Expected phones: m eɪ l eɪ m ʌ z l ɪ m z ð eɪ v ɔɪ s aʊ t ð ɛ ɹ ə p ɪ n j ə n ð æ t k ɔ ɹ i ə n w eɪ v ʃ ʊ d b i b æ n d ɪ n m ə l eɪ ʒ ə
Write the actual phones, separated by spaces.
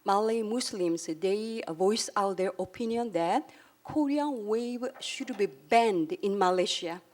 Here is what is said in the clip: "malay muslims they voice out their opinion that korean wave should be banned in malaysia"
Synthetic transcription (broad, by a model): m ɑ l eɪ m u s l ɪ m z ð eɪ v ɔɪ s aʊ t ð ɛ ɹ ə p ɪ n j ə n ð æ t k ɔ ɹ i ə n w eɪ v ʃ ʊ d b i b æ n d ɪ n m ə l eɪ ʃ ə